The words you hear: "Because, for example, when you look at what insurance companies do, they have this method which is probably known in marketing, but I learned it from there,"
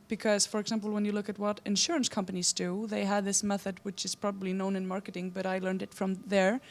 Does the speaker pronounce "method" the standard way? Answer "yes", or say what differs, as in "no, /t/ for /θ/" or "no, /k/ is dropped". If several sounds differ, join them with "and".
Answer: yes